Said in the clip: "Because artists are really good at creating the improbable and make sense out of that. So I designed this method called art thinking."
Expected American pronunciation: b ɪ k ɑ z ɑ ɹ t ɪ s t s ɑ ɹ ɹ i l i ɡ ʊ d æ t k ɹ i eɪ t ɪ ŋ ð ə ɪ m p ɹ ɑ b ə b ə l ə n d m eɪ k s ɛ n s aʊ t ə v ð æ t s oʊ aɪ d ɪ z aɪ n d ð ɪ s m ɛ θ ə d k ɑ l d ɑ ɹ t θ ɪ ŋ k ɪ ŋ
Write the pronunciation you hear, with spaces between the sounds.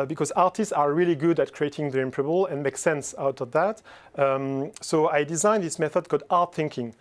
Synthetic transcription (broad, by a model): b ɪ k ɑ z ɑ ɹ t ɪ s t s ɑ ɹ ɹ i l i ɡ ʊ d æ t k ɹ i eɪ t ɪ ŋ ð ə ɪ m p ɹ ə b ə l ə n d m eɪ k s ɛ n s aʊ t ə v ð æ t s oʊ aɪ d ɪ z aɪ n ð ɪ s m ɛ θ ə d k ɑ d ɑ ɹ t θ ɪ ŋ k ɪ ŋ